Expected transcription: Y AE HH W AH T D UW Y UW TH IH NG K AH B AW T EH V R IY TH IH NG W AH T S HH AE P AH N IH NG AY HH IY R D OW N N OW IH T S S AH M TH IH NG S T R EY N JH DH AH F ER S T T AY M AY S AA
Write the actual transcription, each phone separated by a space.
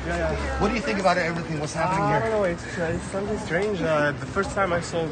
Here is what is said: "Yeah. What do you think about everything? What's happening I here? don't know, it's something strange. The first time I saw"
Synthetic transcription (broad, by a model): Y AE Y W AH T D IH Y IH TH IH NG K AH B AW T EH V R IY TH IH NG W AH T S HH AE P AH N IH NG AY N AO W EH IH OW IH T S S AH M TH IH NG S T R EY N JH DH AH F ER S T T AY M AY S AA